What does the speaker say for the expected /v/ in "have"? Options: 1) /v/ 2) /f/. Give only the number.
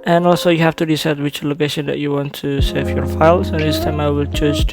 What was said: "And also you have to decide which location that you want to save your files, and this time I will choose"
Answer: 2